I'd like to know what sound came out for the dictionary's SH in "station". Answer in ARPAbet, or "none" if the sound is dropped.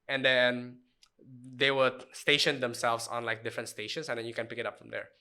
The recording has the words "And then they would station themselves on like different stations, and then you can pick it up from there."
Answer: SH